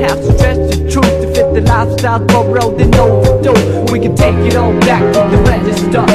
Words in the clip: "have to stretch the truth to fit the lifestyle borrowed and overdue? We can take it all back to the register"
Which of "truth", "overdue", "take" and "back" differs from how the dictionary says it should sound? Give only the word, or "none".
overdue